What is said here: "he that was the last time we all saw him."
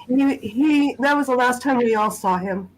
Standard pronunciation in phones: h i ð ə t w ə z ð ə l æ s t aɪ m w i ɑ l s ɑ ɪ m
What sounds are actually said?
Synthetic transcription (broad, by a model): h i ð ə t w ə z ð ə l æ s t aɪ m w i ɑ l s ɑ ɪ m